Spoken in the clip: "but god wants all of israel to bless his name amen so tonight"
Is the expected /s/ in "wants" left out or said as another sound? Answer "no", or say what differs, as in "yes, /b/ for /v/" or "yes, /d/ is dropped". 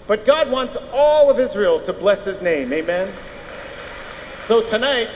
no